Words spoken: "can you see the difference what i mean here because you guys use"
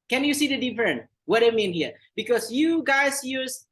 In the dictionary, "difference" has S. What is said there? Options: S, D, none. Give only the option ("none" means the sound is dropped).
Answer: none